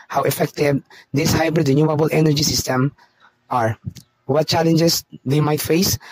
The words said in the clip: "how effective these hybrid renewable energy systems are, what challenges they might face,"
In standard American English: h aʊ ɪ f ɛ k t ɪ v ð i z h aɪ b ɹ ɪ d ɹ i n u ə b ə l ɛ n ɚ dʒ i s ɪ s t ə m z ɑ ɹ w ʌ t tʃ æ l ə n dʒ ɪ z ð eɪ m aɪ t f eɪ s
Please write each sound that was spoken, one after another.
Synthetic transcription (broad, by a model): h aʊ ɪ f ɛ k t ɪ v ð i s h aɪ b ɹ ɪ d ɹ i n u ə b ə l ɛ n ɚ dʒ i s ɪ s t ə m ɑ ɹ w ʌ t tʃ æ l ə n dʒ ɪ s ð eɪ m aɪ t f eɪ s